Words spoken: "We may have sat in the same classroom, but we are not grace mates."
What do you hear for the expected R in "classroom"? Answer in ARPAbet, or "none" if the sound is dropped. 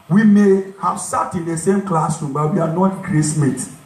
none